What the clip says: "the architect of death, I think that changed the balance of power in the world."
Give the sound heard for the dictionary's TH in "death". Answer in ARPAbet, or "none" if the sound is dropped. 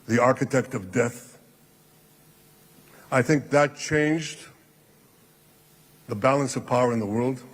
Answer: TH